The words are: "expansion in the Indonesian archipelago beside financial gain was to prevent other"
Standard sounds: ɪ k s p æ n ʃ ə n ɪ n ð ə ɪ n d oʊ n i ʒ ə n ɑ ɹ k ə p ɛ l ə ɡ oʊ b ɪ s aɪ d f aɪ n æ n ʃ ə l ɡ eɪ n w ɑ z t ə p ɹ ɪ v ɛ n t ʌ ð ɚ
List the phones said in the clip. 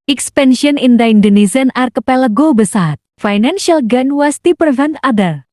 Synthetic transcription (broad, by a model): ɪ k s p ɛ n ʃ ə n ɪ n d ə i n d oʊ n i s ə n ɑ ɹ k ə p ɛ l ə ɡ oʊ b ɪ s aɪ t f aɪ n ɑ n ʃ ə l ɡ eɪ n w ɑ s t ə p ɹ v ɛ n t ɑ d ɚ